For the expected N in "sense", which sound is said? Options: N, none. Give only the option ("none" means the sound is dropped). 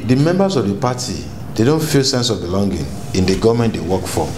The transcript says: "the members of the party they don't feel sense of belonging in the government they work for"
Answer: N